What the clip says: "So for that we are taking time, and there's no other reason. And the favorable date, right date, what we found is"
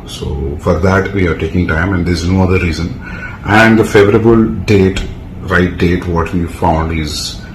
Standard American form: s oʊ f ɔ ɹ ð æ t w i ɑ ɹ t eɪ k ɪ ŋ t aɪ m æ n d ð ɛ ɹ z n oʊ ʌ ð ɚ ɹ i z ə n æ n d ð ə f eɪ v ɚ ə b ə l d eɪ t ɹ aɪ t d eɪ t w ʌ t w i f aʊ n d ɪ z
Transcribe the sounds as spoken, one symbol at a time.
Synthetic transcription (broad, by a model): s oʊ f ɔ ɹ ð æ t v i ɑ ɹ t eɪ k ɪ ŋ t aɪ m æ n d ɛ ɹ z n oʊ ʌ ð ɚ ɹ i z ə n æ n d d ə f eɪ v ɚ ə b ə l d eɪ t ɹ aɪ t d eɪ t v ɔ t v i f aʊ n d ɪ z